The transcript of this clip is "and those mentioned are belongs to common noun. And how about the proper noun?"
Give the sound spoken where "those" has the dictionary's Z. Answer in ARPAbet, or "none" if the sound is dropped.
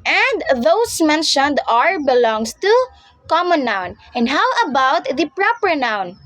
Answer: S